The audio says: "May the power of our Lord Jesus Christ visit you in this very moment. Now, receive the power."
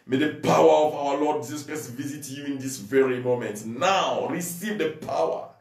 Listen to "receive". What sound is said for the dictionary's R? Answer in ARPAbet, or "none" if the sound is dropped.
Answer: R